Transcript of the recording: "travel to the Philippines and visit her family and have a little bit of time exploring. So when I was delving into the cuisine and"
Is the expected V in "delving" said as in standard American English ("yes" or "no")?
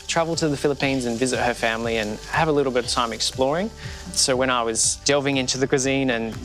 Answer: yes